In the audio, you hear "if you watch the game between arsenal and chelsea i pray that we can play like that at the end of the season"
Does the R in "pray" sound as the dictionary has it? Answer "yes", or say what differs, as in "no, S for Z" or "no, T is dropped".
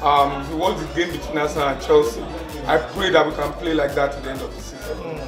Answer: no, L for R